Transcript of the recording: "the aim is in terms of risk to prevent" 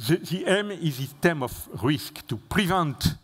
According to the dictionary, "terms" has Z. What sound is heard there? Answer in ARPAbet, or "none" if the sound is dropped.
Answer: none